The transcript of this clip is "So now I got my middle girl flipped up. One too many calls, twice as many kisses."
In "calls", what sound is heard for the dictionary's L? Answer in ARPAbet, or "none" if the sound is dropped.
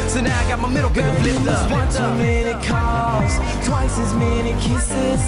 none